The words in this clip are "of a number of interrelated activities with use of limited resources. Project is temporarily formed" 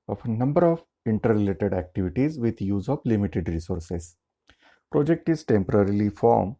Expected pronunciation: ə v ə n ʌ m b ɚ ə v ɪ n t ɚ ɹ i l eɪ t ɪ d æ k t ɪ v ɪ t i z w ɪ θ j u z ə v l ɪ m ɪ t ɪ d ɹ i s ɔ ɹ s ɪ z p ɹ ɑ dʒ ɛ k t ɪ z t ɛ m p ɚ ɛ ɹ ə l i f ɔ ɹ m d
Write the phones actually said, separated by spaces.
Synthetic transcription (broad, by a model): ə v ə n ʌ m b ɚ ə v ɪ n t ɚ ɹ i l eɪ t ɪ d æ k t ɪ v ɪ t i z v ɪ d j u z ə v l ɪ m ɪ t ɪ d ɹ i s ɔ ɹ s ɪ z p ɹ ɑ dʒ ɛ k t ɪ z t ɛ m p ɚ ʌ ɹ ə l i f ɔ ɹ m